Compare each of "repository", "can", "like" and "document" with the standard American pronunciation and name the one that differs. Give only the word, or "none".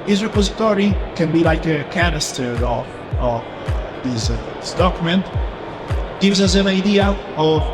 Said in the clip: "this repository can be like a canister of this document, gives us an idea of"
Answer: none